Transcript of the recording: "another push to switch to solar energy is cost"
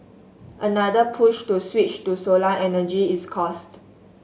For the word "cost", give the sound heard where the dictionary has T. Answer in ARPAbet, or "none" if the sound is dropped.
T